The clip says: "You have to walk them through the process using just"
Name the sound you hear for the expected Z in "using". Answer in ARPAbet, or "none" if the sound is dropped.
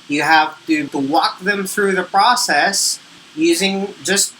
Z